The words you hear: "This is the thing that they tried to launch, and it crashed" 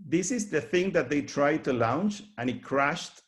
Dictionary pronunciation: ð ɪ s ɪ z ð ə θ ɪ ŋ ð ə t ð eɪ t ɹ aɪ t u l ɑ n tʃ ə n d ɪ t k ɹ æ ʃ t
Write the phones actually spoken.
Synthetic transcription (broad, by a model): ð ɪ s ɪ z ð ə θ ɪ ŋ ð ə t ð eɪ t ɹ aɪ t u l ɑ n tʃ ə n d ɪ t k ɹ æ ʃ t